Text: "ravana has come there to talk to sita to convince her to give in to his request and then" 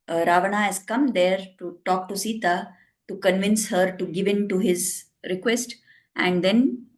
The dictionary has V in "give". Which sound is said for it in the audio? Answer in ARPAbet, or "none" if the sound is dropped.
V